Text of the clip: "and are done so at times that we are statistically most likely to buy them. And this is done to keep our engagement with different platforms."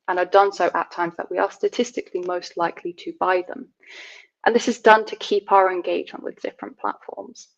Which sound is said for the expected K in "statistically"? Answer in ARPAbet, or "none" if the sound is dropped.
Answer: K